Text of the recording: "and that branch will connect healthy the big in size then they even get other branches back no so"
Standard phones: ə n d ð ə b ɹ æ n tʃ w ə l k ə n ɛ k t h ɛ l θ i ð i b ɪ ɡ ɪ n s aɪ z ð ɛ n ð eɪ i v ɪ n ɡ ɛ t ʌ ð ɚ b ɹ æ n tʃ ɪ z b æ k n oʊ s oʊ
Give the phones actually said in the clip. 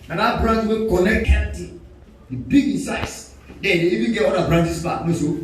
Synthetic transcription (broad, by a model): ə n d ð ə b ɹ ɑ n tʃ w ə n k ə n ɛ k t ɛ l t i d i b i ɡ ɪ n s aɪ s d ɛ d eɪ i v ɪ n ɡ ɛ t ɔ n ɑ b ɹ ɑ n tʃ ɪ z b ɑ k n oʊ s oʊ